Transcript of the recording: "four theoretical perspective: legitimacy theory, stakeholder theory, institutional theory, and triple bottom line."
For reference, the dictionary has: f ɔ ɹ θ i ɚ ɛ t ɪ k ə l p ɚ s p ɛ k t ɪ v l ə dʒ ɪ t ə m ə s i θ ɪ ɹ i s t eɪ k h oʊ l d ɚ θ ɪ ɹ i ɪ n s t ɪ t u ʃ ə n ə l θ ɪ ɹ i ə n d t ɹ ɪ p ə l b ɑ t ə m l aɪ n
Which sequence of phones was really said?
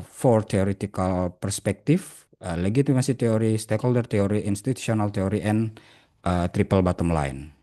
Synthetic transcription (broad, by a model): f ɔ ɹ t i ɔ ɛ t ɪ k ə l p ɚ s p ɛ k t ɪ f l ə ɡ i t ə m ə s i t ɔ ɹ i s t eɪ k h oʊ l d ɚ t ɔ ɹ i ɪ n s t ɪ t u s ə n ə l t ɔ ɹ i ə n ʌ t ɹ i p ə l b ɑ t ə m l aɪ n